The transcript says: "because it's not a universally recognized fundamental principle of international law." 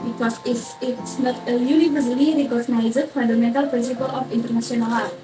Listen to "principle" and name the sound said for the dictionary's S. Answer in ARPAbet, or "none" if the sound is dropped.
S